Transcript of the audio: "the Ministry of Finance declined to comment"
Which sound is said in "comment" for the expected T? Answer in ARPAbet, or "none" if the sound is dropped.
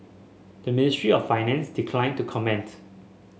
T